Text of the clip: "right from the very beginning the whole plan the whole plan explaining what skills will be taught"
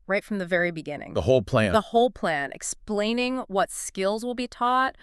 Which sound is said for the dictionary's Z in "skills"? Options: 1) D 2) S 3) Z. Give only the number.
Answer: 3